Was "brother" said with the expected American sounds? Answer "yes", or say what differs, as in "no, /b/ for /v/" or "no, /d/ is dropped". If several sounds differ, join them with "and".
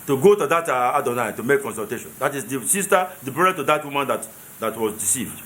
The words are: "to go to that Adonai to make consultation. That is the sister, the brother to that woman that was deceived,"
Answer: no, /ð/ is dropped